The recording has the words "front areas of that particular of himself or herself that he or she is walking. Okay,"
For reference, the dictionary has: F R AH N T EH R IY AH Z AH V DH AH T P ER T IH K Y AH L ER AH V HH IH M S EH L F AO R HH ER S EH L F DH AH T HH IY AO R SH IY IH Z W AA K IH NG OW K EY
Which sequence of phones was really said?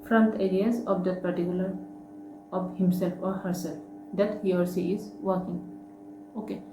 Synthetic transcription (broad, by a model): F R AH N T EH R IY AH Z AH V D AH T P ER T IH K Y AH L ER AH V HH IH M S EH L F AO R HH ER S EH L F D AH T HH IY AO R S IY IH Z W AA K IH NG OW K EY